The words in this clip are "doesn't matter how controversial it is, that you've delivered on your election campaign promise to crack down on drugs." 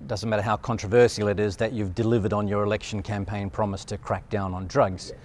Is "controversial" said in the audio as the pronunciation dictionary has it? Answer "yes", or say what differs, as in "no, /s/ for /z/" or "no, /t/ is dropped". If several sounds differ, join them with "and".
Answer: no, /s/ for /ʃ/